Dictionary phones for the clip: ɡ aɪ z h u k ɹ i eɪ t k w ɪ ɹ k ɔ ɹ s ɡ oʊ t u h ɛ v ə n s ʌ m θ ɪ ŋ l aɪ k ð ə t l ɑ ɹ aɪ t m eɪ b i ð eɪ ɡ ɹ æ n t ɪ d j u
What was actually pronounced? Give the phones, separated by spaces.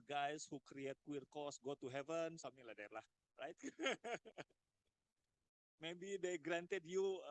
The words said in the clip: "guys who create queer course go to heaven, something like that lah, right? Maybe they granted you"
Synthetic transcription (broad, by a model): ɡ aɪ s h u k ɹ i eɪ t k w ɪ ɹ k ɔ s ɡ oʊ t u h ɛ v ə n s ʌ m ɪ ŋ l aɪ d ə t l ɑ ɹ aɪ t m eɪ b i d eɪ ɡ ɹ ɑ n t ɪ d j u